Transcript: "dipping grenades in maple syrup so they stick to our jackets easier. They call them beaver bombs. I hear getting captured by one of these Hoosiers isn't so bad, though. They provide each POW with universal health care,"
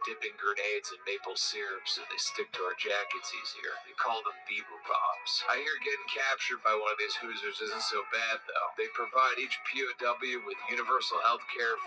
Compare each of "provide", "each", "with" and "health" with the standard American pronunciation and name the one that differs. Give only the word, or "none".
none